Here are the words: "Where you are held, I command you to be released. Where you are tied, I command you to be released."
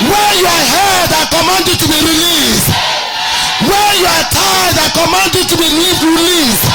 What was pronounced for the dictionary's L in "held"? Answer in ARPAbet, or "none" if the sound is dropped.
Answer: none